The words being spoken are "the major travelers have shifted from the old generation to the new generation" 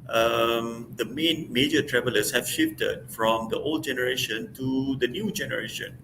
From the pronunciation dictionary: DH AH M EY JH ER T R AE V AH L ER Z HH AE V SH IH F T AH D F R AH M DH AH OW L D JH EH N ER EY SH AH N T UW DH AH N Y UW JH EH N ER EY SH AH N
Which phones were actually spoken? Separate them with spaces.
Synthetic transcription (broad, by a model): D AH M EY JH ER T R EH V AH L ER S HH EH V SH IH F T AH D F R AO M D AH OW L D JH EH N ER EY SH AH N T UW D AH N Y UW JH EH N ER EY SH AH N